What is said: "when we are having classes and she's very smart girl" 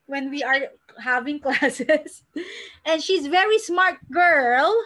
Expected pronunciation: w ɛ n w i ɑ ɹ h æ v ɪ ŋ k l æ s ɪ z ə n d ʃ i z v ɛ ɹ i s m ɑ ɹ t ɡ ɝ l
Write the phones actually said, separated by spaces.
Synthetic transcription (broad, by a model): w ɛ n w i ɑ ɹ h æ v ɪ ŋ k l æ s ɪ s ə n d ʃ i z v ɛ ɹ i s m ɑ ɹ t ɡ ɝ l